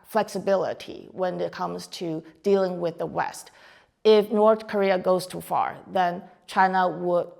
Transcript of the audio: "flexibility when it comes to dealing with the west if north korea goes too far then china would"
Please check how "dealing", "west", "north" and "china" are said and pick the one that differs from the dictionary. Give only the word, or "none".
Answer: none